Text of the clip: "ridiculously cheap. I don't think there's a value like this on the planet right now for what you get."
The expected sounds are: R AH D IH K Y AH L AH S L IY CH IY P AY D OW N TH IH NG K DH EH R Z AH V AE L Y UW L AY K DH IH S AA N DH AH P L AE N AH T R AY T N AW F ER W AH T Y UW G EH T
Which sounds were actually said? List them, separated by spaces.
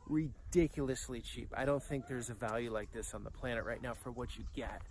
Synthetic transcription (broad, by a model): R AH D IH K Y L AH S L IY CH IY P AY D OW N TH IH NG K DH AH R Z AH V AE L Y UW L AY K DH IH S N DH AH P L AE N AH T R AY T N AW F ER W AH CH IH G EH T